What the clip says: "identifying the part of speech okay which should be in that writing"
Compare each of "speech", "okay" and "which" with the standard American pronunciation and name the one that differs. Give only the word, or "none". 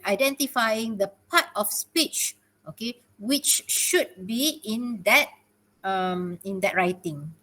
none